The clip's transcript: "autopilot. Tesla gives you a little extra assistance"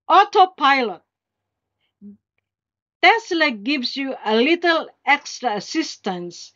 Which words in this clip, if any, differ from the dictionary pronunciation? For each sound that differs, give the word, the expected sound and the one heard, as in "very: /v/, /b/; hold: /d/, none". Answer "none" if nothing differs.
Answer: gives: /z/, /s/